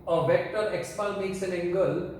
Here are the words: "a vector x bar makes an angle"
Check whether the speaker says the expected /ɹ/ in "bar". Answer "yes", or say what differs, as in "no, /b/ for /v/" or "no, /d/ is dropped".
no, /l/ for /ɹ/